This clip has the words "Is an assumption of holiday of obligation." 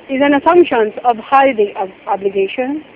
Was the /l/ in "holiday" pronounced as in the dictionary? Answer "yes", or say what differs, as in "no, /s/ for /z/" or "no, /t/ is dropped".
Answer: no, /l/ is dropped